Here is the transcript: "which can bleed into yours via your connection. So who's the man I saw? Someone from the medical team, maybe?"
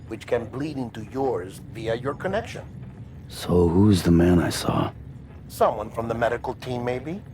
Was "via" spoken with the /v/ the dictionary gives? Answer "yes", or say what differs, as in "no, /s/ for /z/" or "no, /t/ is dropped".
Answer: yes